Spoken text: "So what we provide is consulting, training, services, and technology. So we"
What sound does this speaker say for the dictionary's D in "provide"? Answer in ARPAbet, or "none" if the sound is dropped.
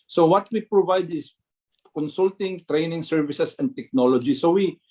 D